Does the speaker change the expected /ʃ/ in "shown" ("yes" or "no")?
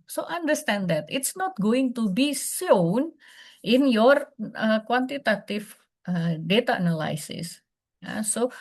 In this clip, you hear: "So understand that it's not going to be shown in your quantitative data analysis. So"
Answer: yes